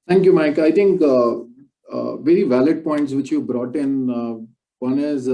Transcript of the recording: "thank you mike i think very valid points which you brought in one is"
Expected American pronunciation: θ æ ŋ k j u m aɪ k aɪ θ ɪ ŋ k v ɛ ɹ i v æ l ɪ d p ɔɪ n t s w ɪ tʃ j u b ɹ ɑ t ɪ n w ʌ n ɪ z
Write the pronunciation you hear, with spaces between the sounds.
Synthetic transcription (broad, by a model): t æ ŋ k j u m aɪ k aɪ t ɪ ŋ k v ɛ ɹ i v æ l ɪ d p ɔɪ n t s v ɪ tʃ j u b ɹ ɑ t ɪ n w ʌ n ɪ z